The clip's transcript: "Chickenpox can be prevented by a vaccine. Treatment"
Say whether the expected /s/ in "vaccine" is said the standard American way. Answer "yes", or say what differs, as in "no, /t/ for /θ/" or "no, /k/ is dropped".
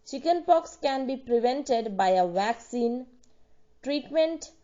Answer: yes